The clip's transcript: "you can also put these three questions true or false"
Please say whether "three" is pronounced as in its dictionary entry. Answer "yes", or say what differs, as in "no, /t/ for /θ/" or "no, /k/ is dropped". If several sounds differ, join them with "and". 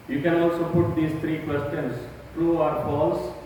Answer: no, /t/ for /θ/